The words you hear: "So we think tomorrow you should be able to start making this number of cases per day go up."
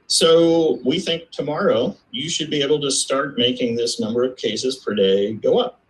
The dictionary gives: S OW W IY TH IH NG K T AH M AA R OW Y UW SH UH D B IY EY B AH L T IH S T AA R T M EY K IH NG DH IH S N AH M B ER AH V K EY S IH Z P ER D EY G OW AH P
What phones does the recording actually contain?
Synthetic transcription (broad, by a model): S OW W IY TH IH NG K T AH M AA R OW Y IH SH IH D B IY EY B L T IH S T AA R T M EY K IH NG DH IH S N AH M B ER AH V K EY S IH Z P ER D EY G OW AH P